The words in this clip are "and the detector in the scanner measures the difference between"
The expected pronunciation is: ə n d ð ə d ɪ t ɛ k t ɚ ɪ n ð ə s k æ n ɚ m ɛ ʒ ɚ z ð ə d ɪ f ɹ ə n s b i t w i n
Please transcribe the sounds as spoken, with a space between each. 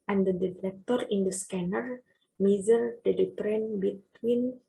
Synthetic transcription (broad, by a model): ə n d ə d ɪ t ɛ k t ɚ ɪ n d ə s k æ n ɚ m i z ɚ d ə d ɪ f ɹ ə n b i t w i n